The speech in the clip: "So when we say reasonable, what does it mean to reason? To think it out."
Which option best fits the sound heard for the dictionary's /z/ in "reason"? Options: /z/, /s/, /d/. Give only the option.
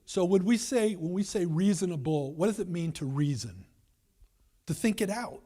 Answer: /z/